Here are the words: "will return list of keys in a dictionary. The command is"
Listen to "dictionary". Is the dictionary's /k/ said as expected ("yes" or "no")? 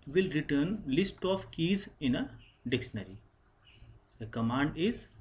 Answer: yes